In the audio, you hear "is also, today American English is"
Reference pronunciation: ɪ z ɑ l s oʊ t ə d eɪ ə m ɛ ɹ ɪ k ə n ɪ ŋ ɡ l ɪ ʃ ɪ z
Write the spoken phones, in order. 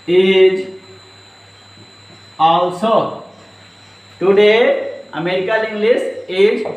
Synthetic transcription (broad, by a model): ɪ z ɑ l s oʊ t ə d eɪ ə m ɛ ɹ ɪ k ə l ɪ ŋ ɡ l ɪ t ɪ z